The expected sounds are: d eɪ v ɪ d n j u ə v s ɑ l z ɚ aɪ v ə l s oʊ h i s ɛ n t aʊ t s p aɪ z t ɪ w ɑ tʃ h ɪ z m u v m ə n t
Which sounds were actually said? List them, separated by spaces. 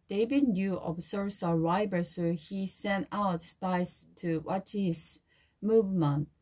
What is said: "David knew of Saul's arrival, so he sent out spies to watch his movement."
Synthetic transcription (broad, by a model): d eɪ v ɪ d n j u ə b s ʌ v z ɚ aɪ b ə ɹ s oʊ h i s ɛ n t aʊ t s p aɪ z t ɪ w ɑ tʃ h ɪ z m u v m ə n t